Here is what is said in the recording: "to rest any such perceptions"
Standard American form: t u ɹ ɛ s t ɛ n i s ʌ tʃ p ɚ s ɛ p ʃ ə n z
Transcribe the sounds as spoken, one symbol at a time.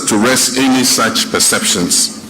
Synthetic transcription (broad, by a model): t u ɹ ɛ s t ɛ n i s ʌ tʃ p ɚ s ɛ p ʃ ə n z